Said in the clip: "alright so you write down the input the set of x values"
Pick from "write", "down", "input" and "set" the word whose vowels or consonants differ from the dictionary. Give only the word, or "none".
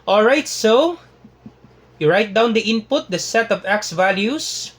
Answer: none